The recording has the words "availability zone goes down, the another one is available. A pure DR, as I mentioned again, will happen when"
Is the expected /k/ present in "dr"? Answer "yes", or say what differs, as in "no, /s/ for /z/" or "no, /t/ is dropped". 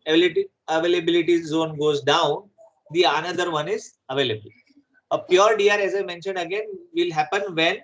no, /k/ is dropped